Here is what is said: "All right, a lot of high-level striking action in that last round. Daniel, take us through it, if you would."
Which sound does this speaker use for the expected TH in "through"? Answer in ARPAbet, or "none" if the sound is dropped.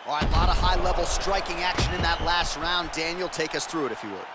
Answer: TH